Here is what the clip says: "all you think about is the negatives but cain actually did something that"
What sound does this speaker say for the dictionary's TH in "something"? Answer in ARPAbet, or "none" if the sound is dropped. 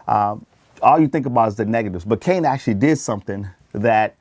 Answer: TH